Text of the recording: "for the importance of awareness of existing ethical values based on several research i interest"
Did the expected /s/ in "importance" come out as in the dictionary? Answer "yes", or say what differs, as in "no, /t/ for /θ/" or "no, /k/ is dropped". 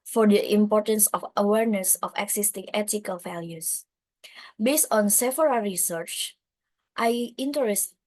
yes